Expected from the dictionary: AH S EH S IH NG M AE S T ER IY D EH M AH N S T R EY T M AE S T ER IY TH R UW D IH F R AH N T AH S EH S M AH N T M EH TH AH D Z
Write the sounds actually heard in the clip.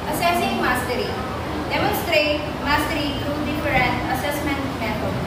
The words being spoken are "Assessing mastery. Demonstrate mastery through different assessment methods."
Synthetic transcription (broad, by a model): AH S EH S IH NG M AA S T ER IY D EH M AH N S T R EY T M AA S T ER IY T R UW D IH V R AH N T AH S EH S M AH N T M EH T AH